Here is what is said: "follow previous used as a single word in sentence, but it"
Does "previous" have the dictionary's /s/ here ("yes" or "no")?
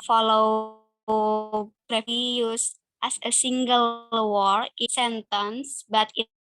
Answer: no